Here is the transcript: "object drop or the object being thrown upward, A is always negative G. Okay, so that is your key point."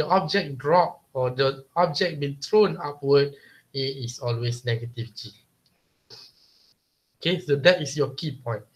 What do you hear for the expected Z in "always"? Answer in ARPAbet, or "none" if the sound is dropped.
S